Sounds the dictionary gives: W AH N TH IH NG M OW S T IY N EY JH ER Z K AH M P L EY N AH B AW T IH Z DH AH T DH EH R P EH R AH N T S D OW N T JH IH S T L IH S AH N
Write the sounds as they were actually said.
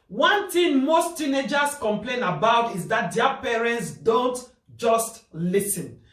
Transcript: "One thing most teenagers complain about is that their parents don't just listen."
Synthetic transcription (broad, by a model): W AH N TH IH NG M OW S T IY N EY JH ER S K AH M P L EY N AH B AW T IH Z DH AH T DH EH P EH R AH N T S D OW N T JH IH S T L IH S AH N